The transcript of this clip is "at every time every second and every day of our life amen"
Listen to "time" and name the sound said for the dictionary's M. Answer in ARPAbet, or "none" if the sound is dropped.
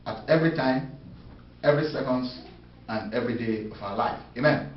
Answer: M